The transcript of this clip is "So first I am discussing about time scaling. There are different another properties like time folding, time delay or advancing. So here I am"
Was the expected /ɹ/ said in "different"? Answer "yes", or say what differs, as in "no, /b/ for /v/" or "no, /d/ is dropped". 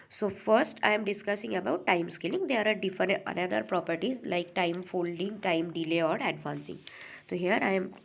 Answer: no, /ɹ/ is dropped